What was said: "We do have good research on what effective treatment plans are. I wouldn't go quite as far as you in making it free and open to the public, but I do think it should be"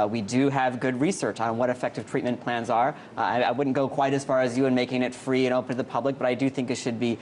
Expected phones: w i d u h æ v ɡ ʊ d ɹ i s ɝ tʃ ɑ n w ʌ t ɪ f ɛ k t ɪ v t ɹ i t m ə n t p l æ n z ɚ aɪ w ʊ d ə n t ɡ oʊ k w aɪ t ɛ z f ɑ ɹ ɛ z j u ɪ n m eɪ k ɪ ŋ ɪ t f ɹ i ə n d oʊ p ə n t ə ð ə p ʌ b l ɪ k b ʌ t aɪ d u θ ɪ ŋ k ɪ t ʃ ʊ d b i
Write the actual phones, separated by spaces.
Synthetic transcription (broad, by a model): w i d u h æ v ɡ ʊ d ɹ i s ɝ tʃ n w ʌ t ɪ f ɛ k t ɪ v t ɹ i t m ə n p l æ n z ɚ aɪ w ʊ d n ɡ oʊ k w aɪ t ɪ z f ɑ ɹ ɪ z j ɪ ɪ n m eɪ k ɪ ŋ ɪ t f ɹ i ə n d oʊ p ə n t ð ə p ʌ b l ɪ k b ʌ t aɪ d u θ ɪ ŋ k ɪ t ʃ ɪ d b i